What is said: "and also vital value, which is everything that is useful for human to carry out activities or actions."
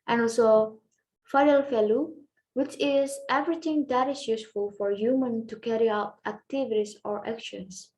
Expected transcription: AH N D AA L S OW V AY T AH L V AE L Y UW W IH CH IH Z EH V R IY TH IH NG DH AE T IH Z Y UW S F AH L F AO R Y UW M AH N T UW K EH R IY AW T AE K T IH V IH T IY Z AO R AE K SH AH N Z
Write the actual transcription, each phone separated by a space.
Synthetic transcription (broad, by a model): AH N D AA L S OW F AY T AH L F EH L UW W IH CH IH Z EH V R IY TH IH NG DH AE T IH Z Y UW S F AH L F AO R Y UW M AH N T UW K EH R IY AW T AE K T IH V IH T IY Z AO R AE K SH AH N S